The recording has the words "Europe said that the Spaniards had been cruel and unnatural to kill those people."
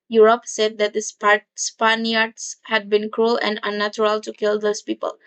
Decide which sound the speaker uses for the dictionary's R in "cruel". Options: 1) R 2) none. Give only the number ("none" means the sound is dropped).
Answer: 1